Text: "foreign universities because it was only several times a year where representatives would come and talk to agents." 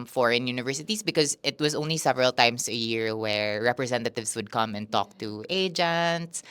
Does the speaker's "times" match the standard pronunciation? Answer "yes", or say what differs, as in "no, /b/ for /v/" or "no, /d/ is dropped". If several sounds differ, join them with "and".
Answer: no, /s/ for /z/